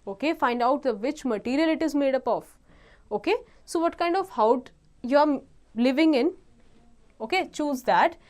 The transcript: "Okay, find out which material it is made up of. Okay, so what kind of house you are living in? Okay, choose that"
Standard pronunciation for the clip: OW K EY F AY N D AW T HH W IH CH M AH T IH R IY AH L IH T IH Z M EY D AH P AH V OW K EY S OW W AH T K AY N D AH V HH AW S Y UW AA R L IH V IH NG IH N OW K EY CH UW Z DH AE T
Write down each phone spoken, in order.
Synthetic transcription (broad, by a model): OW K EY F AY N D AW T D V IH CH M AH T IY R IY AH L IH T IH Z M EY D AH P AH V OW K EY S OW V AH T K AY N D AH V HH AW Y UW AA R L IH V IH NG IH N OW K EY CH UW Z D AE T